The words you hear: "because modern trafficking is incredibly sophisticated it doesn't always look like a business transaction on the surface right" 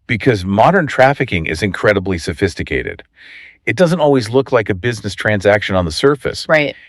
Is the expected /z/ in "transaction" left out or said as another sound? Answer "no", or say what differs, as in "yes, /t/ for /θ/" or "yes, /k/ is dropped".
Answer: no